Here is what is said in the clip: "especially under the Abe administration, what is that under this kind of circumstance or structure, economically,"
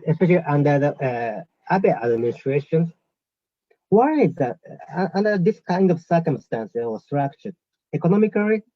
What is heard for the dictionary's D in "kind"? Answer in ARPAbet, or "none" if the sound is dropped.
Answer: D